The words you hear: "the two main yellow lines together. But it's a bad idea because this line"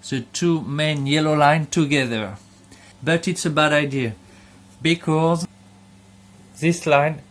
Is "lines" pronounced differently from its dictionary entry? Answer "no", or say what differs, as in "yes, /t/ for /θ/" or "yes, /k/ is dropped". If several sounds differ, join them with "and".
yes, /z/ is dropped